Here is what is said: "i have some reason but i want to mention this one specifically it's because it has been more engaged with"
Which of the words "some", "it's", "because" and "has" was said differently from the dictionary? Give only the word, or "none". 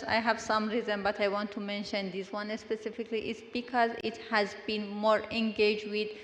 none